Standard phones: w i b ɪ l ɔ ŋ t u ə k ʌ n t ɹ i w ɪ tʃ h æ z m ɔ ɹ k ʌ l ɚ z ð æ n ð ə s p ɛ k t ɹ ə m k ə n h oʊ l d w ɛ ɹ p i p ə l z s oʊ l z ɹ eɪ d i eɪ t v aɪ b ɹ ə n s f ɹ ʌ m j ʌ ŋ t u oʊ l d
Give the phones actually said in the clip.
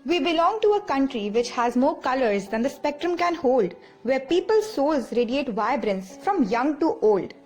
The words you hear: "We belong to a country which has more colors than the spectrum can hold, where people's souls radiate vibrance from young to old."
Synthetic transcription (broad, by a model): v i b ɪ l ɔ ŋ t u ə k ʌ n t ɹ i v ɪ tʃ h æ z m ɔ ɹ k ʌ l ɚ z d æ n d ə s p ɛ k t ɹ ə m k ə n h oʊ l d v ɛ ɹ p i p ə l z s oʊ l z ɹ eɪ d i eɪ t v aɪ b ɹ ə n s f ɹ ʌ m j ʌ ŋ t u oʊ l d